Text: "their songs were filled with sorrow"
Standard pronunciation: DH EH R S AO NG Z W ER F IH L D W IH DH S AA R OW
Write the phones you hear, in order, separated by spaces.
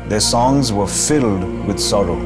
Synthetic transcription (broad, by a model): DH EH R S AO NG Z W ER F IH L D W IH DH S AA R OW